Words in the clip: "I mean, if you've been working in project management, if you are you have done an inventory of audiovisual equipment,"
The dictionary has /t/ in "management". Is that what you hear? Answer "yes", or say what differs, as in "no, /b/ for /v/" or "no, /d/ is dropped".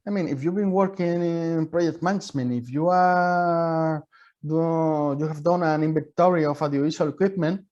no, /t/ is dropped